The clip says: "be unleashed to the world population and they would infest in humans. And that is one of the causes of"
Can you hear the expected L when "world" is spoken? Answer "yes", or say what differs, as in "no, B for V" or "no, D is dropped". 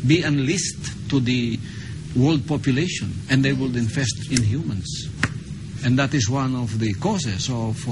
yes